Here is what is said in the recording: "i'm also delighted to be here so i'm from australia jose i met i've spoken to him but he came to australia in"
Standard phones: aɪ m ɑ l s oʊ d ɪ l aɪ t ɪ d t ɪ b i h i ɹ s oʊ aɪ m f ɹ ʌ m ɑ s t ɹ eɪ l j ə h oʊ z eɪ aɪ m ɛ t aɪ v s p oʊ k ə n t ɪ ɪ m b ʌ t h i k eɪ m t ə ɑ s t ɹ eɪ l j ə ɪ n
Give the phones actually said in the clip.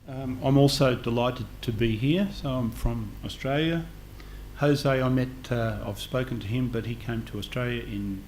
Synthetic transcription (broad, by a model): aɪ m ɑ l s oʊ d ɪ l aɪ t ɪ d t ɪ b i h i ɹ s oʊ aɪ m f ɹ ʌ m ɑ s t ɹ eɪ l j ə h oʊ z eɪ aɪ m ɛ t aɪ v s p oʊ k ə n t ɪ ɪ m b ʌ t h i k eɪ m t ə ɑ s t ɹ eɪ l j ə ɪ n